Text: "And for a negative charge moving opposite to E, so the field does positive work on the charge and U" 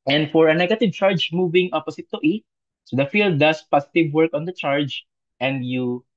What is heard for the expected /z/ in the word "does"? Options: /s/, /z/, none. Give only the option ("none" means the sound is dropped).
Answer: /s/